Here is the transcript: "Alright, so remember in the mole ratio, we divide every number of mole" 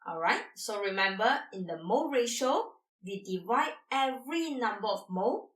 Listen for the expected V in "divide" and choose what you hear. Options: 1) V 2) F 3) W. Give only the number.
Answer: 1